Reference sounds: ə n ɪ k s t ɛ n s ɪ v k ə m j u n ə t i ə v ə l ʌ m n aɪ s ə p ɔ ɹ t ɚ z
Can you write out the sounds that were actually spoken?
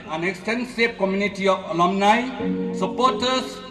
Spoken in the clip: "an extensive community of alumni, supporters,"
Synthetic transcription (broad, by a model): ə n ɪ k s t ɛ n s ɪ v k ə m j u n ə t i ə p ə l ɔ m n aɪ s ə p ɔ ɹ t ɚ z